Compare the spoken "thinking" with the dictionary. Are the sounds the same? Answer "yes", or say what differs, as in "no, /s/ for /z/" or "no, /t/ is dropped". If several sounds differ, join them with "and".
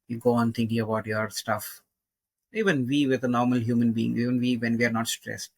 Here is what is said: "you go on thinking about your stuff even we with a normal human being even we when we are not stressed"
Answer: no, /t/ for /θ/